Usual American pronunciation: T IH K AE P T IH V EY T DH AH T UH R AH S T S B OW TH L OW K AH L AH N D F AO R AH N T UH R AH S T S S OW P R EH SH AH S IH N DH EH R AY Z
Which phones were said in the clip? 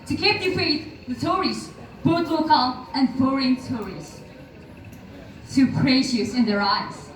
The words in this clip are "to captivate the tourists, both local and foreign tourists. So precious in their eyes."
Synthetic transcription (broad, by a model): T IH K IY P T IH F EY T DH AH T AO R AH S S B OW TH L OW K AH L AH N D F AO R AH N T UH R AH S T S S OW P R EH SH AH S IH N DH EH R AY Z